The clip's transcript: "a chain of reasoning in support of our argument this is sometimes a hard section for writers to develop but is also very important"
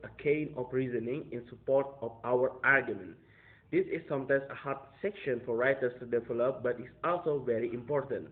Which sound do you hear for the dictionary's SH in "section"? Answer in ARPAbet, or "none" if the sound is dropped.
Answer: SH